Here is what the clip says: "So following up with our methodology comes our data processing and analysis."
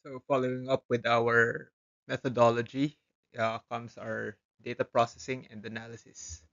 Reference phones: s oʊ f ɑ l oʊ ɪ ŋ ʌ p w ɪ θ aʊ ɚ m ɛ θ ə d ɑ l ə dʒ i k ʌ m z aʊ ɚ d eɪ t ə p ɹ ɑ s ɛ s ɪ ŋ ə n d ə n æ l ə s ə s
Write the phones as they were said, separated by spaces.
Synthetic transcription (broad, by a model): oʊ f ɑ l oʊ ɪ ŋ ʌ p w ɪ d aʊ ɚ m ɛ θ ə d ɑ l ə dʒ i k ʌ m s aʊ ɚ d eɪ t ə p ɹ ɑ s ɛ s ɪ ŋ ə n d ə n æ l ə s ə s